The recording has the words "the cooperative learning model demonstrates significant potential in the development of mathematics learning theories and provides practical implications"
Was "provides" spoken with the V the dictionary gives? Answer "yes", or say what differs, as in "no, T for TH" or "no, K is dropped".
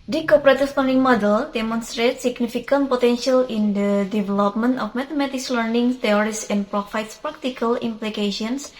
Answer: no, F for V